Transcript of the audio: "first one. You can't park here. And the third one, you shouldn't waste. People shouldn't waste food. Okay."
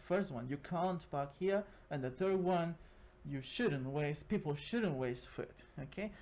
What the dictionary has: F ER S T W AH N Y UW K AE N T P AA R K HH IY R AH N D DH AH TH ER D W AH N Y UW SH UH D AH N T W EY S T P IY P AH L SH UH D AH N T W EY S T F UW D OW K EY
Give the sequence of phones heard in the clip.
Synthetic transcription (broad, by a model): F ER S T W AH N Y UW K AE N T B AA K HH IY R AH N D DH AH TH ER D W AH N Y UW SH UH D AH N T W EY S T P IY P L SH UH D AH N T W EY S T F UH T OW K EY